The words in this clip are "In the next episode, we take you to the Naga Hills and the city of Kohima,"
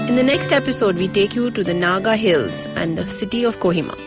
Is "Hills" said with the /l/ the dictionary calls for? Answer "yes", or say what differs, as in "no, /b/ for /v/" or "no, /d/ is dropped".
yes